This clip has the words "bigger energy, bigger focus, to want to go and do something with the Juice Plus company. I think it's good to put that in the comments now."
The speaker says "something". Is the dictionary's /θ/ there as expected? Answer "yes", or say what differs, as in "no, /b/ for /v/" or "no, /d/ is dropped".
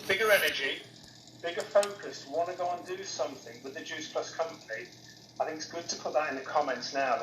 yes